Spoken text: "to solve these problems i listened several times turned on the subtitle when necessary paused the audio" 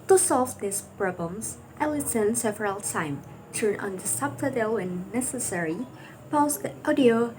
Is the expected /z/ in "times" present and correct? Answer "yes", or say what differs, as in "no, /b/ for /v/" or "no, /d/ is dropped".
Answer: no, /z/ is dropped